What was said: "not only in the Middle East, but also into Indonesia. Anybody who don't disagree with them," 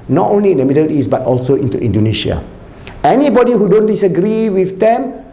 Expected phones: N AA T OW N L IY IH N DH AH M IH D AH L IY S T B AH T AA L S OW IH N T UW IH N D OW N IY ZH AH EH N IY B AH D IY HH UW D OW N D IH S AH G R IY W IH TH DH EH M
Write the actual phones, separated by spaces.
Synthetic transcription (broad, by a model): N AA T OW N L IY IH N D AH M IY D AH L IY S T B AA T AA L S OW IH N T UW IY N D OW N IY SH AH EH N IY B AH D IY HH UW D OW N D IH S AH G R IY W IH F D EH M